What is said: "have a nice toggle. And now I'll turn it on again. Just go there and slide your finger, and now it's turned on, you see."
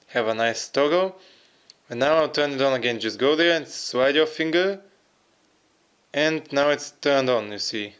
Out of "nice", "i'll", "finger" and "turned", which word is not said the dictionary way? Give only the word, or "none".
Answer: none